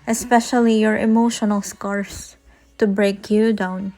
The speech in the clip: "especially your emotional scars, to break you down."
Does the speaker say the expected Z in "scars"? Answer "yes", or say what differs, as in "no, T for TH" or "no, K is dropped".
no, S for Z